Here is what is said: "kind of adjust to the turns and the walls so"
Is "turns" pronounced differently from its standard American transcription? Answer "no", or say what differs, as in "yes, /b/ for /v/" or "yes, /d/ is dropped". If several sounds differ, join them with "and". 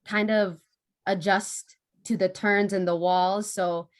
no